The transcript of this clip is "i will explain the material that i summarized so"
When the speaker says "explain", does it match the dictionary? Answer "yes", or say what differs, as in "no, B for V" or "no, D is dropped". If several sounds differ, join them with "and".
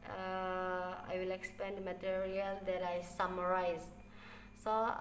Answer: no, L is dropped